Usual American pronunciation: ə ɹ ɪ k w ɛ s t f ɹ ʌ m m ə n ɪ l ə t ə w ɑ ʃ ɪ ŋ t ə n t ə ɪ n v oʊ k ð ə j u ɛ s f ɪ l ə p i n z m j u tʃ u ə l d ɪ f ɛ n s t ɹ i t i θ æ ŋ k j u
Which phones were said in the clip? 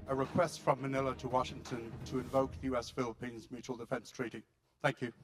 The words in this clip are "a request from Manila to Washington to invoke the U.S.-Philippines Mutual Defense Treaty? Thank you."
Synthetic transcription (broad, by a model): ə ɹ ɪ k w ɛ s t f ɹ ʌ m m ə n ɪ l ə t ə w ɑ ʃ ɪ ŋ t ə n t ə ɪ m v oʊ k ð ə j u ɛ s f ɪ l ə p i n z m j u tʃ u ə l d ɪ f ɛ n s t ɹ i t i θ æ ŋ k j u